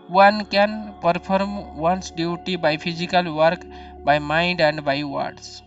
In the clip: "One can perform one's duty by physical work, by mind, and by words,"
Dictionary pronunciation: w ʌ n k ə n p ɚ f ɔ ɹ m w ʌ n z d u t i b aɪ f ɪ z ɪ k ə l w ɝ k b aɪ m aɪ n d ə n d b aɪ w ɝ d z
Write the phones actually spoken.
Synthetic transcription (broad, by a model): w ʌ n k ə n p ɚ p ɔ ɹ m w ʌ n s d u t i b aɪ p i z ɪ k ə l w ɝ k b aɪ m aɪ n d ə n d b aɪ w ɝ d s